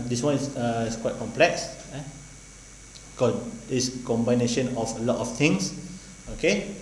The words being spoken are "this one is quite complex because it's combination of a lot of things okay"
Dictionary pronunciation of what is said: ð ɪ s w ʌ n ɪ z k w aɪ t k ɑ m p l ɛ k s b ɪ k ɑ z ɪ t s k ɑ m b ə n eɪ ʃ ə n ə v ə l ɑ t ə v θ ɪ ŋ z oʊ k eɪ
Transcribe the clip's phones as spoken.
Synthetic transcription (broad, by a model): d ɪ s w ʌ n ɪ s k w aɪ t k ɑ m p l ɛ k s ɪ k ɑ s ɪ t s k ɑ m b ə n eɪ ʃ ə n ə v ə l ɑ t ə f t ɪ ŋ s oʊ k eɪ